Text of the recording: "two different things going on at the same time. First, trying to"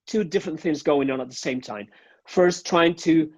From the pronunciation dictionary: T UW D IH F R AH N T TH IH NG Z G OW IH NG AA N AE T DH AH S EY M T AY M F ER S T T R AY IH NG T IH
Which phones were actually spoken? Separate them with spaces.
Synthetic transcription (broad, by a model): T UW D IH F R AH N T TH IH NG Z G OW IH NG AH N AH T DH AH S EY M T AY M F ER S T T R AY IH NG T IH